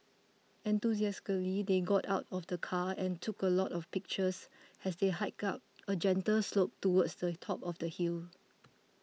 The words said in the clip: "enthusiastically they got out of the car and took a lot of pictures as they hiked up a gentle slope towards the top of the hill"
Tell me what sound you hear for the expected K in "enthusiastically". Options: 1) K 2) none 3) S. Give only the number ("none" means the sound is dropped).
2